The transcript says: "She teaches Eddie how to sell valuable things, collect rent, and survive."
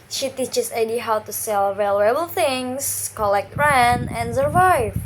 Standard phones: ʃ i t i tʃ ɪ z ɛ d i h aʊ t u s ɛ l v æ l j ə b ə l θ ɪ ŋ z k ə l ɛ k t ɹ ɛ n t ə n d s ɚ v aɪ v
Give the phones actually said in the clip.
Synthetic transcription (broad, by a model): ʃ i t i tʃ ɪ s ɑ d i h aʊ t u s ɛ l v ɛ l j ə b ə l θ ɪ ŋ s k ə l ɛ k t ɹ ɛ n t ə n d s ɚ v aɪ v